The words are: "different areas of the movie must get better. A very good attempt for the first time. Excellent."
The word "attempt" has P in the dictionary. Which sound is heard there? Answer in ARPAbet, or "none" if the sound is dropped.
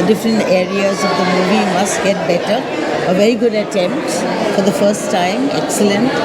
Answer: P